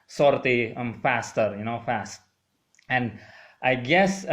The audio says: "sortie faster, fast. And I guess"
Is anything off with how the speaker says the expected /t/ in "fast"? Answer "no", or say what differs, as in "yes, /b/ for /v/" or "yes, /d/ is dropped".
no